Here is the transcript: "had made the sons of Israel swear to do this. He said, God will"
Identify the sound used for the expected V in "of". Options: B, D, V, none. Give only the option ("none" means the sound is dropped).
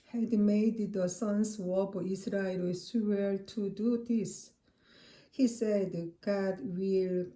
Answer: B